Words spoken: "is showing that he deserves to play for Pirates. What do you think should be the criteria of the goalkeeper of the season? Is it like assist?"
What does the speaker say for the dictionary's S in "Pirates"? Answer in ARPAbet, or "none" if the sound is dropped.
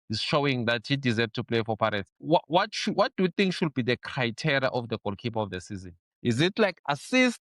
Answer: SH